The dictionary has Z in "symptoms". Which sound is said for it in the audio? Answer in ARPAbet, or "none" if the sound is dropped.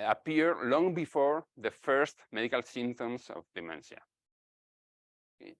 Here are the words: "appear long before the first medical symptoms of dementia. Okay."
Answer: S